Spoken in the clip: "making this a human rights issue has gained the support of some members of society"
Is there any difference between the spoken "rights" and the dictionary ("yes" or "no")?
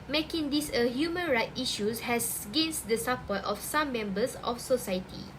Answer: yes